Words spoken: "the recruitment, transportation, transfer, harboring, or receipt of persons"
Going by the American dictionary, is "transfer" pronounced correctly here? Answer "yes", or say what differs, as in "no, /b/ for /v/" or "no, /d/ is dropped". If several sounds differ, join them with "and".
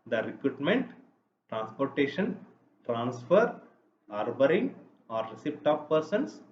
yes